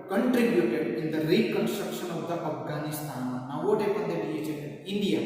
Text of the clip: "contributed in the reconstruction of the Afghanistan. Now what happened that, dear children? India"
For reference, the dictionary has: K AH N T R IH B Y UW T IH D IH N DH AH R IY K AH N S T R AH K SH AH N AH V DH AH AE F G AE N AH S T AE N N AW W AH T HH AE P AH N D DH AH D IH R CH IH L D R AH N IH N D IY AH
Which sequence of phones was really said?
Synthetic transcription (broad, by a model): K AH N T R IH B Y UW T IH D IH N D AH R IY K AH N S T R AH K SH AH N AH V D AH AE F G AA N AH S T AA N N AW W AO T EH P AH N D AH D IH L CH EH D AH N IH N D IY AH